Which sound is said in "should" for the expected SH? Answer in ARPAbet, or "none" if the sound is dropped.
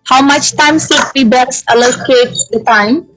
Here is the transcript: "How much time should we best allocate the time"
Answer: S